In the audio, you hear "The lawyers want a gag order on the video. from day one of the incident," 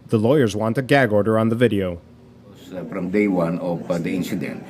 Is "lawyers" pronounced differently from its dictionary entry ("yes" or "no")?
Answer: no